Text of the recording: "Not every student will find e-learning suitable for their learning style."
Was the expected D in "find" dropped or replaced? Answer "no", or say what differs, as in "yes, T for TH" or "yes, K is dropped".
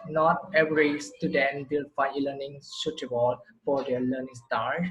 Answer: yes, D is dropped